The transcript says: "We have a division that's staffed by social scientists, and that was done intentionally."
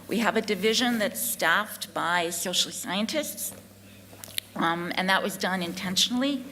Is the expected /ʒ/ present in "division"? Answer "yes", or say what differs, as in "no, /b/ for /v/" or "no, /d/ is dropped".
yes